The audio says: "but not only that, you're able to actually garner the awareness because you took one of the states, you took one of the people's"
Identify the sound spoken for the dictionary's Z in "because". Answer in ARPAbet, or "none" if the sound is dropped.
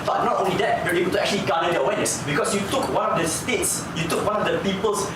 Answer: S